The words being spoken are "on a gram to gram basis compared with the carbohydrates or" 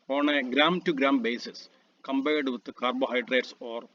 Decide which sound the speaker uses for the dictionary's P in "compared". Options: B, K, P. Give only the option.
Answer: B